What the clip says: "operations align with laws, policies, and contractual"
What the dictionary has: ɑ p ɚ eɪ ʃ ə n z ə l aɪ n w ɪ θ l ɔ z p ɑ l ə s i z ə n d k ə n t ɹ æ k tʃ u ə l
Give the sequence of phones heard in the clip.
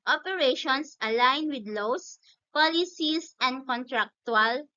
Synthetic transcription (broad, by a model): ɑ p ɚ eɪ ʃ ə n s ə l aɪ n w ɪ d l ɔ s p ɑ l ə s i s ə n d k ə n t ɹ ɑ k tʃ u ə l